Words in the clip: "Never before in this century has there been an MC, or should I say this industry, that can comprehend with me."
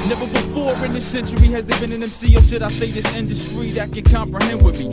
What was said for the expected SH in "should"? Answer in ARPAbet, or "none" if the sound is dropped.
S